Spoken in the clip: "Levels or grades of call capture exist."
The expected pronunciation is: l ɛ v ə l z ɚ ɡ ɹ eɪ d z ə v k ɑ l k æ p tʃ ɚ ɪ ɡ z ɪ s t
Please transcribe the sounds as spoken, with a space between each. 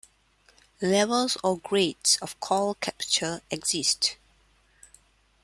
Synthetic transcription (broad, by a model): l ɛ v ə l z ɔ ɡ ɹ eɪ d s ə f k ɑ l k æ p tʃ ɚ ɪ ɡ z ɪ s t